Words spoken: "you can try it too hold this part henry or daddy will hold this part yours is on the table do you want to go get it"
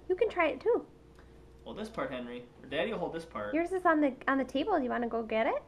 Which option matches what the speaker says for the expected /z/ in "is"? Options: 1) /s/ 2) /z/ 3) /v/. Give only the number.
1